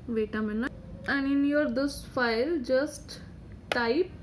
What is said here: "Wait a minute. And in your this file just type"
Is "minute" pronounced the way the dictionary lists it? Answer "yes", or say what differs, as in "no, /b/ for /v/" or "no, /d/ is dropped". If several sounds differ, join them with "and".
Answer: no, /t/ is dropped